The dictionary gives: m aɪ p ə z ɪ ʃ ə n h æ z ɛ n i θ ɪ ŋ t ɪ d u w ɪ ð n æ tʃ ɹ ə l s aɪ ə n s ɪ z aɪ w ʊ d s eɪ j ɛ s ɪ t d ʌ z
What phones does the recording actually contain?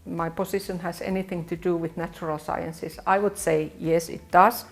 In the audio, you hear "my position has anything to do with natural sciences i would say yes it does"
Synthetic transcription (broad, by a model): m aɪ p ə s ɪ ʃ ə n h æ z ɛ n i θ ɪ ŋ t ɪ d u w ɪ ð n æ tʃ ɹ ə l s aɪ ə n s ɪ s aɪ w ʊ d s eɪ j ɛ s ɪ t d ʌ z